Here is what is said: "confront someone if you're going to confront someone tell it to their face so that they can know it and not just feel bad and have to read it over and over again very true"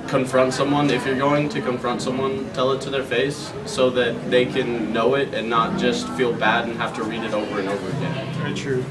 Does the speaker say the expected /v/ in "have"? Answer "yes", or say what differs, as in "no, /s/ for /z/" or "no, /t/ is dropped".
no, /f/ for /v/